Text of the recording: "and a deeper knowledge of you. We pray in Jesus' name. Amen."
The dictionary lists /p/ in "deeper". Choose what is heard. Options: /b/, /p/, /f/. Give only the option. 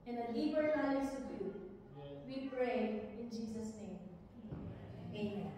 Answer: /b/